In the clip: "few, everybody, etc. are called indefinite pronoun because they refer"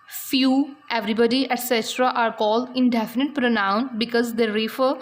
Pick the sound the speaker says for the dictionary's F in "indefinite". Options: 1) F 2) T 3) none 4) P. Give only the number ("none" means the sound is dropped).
1